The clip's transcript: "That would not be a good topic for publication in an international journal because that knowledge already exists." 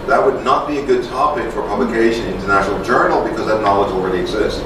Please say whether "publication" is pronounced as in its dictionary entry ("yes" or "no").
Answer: no